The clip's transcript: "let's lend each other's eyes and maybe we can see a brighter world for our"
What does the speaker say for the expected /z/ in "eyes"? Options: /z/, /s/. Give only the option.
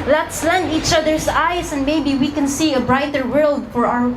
/s/